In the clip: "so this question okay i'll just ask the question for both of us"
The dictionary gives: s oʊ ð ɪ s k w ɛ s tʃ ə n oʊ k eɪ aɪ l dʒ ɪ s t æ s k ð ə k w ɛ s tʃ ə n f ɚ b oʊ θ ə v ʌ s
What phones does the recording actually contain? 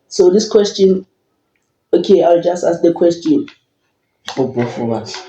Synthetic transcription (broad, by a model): s oʊ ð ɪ s k w ɛ s tʃ ə n oʊ k eɪ aɪ l dʒ ɪ s t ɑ s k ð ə k w ɛ s tʃ ə n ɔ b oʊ f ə w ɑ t